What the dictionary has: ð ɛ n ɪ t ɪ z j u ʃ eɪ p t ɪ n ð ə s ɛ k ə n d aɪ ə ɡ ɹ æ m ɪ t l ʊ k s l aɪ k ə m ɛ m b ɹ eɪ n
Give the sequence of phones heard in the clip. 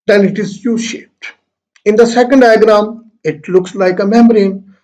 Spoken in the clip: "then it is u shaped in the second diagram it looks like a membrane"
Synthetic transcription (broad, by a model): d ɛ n ɪ t ɪ z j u ʃ eɪ p t ɪ n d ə s ɛ k ə n d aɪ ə ɡ ɹ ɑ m ɪ t l ʊ k s l aɪ k ə m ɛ m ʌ ɹ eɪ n